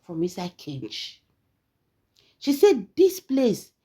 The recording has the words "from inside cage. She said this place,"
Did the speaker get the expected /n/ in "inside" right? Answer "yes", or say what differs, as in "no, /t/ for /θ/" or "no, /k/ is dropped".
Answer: no, /n/ is dropped